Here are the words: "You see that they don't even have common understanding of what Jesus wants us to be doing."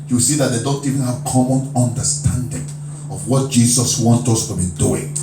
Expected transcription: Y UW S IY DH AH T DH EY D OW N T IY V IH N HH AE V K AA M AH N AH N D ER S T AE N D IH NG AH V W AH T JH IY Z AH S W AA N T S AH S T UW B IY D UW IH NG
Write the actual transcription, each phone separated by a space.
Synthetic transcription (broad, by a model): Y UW S IY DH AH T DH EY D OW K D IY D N HH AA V K AA M AH N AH N D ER S T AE N D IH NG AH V W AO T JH IY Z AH S W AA N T AH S T UW B IY D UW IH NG